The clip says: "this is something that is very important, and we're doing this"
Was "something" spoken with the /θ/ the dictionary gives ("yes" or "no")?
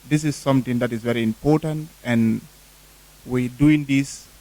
no